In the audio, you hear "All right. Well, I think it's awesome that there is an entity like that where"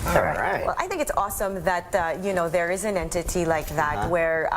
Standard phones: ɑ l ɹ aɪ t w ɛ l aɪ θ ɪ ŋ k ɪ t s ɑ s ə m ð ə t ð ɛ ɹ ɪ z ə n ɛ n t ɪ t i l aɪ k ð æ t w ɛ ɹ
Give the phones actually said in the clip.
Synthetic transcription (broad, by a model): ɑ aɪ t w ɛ l aɪ θ ɪ ŋ k ɪ t s ɑ s ə m ð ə t ð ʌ ɹ ɪ z ə n ɛ n t ɪ t i l aɪ k ð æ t w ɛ ɹ